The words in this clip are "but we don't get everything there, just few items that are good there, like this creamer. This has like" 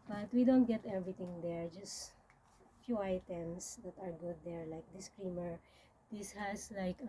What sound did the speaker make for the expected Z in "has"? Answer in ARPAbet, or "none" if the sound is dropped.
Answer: S